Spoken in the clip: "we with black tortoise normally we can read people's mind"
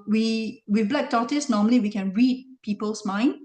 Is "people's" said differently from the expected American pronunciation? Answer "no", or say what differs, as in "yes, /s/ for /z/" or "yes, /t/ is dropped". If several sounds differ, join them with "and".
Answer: yes, /s/ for /z/